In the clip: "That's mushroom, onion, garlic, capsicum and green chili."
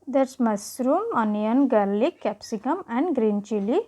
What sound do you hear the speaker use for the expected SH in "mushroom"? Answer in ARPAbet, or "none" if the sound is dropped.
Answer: S